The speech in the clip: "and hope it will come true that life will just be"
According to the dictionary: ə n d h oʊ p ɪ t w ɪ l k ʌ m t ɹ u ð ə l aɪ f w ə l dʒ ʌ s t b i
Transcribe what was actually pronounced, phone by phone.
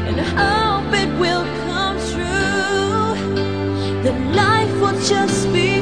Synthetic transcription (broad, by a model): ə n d h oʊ b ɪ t w ɪ l k ʌ m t ɹ u ð ə l aɪ f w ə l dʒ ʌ s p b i